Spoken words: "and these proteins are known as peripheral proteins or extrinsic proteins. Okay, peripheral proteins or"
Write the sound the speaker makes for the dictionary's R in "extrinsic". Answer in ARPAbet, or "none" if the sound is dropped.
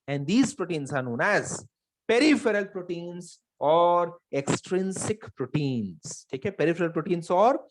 R